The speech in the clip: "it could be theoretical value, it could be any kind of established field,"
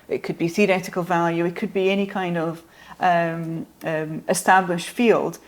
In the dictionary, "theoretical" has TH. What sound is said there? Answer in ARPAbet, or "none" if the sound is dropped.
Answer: TH